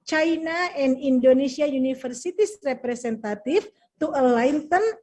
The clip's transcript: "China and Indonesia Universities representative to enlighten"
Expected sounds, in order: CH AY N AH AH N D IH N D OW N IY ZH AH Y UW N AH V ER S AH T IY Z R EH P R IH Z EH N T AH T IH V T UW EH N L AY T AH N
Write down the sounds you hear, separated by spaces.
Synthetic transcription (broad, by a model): CH AY N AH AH N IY N D OW N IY S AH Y UW N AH F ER S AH T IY S R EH P R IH S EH N T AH T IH F T UW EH L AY T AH N